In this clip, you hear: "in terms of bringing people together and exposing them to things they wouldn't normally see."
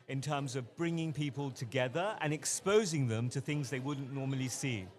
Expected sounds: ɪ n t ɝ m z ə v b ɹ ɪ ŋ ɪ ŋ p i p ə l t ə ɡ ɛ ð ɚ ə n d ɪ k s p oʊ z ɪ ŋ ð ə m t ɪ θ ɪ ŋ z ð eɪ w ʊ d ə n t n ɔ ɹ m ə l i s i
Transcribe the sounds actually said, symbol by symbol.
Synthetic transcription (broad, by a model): ɪ n t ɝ m z ə v b ɹ ɪ ŋ ɪ ŋ p i p ə l t ə ɡ ɛ ð ɚ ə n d ɪ k s p oʊ z ɪ ŋ ð ə m t ɪ θ ɪ ŋ z ð eɪ w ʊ d n n ɔ ɹ m ə l i s i